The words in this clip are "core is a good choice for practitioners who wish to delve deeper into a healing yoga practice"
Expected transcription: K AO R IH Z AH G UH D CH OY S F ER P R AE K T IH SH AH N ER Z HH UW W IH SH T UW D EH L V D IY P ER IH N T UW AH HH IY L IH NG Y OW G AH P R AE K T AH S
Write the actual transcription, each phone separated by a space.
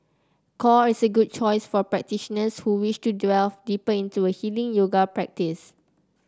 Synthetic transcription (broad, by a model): K AO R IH S AH G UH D CH OY S F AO P R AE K T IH SH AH N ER S HH UW W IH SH T UW D EH L D IY P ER IH N T UW AH HH IY L IH NG Y OW G AH P R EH K T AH S